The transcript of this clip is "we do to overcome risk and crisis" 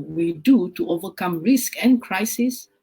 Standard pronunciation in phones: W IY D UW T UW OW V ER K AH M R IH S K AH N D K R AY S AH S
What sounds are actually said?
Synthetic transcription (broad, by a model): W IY D UW T UW OW V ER K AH M R IH S K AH N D K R AY S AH S